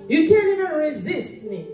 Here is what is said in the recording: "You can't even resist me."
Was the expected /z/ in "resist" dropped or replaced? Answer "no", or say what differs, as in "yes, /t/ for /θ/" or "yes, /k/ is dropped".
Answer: no